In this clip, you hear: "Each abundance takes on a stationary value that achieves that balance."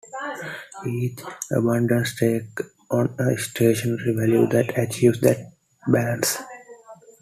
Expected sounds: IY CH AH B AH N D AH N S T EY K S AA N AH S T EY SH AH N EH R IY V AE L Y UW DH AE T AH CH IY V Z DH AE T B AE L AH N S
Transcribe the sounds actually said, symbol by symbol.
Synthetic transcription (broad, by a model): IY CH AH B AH N D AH N S T EY K AA N AH S T EY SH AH N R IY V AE L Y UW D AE T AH CH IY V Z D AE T B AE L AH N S